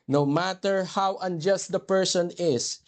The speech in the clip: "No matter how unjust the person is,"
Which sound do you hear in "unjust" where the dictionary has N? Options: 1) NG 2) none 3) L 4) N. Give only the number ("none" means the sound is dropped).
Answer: 4